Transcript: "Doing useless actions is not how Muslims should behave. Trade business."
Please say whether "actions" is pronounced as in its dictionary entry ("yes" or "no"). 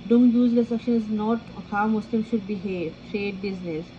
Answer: no